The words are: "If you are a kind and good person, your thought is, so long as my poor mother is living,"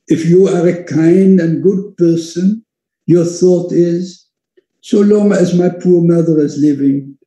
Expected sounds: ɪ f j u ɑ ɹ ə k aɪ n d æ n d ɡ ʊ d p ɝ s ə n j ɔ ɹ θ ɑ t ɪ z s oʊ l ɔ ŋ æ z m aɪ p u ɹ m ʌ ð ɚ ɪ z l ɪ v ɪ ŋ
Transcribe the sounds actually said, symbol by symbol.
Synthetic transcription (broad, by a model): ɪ f j u ɑ ɹ ə k aɪ n d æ n ɡ ʊ d p ɝ s ə n j ɔ ɹ θ ɑ t ɪ z s oʊ l ɔ ŋ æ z m aɪ p u ɹ m ʌ ð ɚ ɪ z l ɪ v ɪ ŋ